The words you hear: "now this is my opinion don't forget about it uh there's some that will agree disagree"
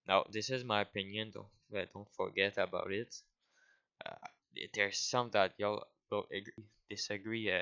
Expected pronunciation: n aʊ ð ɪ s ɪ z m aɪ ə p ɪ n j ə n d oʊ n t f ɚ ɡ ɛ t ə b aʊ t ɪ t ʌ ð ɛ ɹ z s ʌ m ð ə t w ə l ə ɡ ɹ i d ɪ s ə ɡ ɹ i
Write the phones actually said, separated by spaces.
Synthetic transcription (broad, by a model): n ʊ ð ɪ s ɪ z m aɪ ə p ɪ n j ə n d oʊ n t f ɚ ɡ ɛ t ə b aʊ t ɪ t ʌ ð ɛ ɹ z s ʌ m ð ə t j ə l ə ɡ ɹ i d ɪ s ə ɡ ɹ i